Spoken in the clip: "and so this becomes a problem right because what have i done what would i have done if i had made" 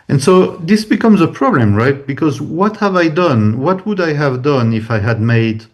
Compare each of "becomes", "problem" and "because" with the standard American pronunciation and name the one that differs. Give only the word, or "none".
none